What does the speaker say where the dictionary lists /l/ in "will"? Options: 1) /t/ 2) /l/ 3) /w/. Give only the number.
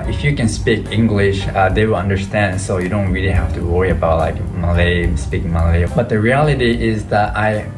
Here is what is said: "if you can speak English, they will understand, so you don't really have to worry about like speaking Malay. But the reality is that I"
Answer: 2